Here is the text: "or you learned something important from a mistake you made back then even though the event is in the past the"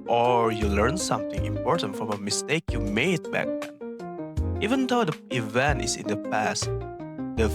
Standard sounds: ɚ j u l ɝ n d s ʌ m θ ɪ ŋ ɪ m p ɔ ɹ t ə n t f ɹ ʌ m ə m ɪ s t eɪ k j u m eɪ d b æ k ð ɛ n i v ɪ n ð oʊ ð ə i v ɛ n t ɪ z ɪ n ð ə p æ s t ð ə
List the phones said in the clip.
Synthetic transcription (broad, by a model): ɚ j u l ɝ n s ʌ m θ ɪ ŋ ɪ m p ɔ ɹ t ə n t f ɹ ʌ m ə m ɪ s t eɪ k j u m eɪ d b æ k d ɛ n i v ɪ n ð oʊ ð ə i v ɛ n t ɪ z ɪ n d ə p æ s t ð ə